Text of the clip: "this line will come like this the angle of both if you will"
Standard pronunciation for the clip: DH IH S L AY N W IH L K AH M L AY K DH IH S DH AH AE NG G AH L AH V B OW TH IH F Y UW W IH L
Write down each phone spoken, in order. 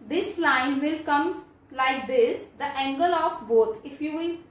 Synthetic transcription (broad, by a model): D IH S L AY N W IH L K AH M L AY K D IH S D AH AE NG G AH L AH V B OW T IH F Y UW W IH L